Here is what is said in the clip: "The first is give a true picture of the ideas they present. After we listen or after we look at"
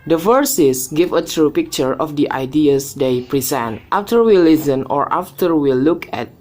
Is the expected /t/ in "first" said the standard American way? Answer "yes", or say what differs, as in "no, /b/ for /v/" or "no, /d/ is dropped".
no, /t/ is dropped